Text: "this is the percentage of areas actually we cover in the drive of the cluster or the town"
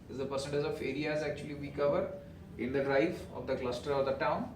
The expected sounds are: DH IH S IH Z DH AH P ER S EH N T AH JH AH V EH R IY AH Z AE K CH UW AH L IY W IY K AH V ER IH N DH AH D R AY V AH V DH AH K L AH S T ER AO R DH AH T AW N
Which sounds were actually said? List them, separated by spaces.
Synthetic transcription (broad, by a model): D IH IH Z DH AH P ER S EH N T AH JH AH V EH R IY AH Z AE K CH UW AH L IY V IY K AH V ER IH N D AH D R AY F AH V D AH K L AH S T ER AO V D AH T AW N